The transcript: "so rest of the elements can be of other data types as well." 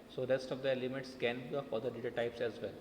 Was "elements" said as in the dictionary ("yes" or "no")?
no